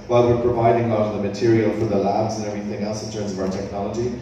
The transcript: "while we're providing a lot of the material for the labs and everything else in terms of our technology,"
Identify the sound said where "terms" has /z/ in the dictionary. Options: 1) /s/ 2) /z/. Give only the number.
2